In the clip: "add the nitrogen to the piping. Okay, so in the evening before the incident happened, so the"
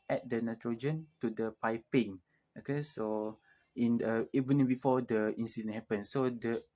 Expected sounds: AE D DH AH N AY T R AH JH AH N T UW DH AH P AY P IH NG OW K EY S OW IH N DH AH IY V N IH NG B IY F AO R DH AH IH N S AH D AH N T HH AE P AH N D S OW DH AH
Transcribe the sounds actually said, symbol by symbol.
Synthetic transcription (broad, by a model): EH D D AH N AY T R AH JH AH N T UW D AH P AY P IH NG OW K EY S OW IH N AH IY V IH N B IY F AO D AH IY N S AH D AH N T HH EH P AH N S OW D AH